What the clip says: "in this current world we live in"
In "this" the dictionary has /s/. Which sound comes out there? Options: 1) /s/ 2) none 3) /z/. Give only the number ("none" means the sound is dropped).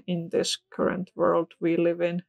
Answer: 1